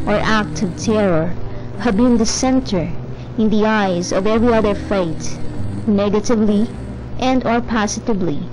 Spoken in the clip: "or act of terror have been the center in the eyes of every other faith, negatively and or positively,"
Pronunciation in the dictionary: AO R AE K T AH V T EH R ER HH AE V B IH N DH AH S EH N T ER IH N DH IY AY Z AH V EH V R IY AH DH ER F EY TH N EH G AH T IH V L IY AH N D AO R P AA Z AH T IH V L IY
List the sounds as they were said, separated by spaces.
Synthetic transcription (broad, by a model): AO R AE K T AH V T EH R ER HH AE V B IH N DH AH S EH N T ER IH N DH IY AY Z AH V EH V R IY AH DH ER F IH T N EH G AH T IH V L IY AH N D AO R P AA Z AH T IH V L IY